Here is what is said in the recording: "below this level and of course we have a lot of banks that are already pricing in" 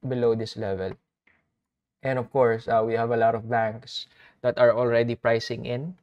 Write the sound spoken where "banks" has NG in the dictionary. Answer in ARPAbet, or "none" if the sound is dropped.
NG